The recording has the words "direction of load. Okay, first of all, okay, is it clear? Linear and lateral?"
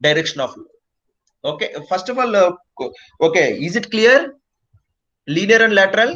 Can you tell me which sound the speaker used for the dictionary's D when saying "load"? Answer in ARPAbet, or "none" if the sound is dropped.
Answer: none